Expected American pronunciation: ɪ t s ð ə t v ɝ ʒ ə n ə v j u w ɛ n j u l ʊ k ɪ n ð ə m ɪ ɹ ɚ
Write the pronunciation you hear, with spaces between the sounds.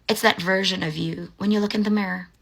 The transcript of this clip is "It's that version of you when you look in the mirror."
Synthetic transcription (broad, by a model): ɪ t s ð ə t v ɝ ʒ ə n ə v j u w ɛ n j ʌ l ʊ k ɪ n ð ə m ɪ ɹ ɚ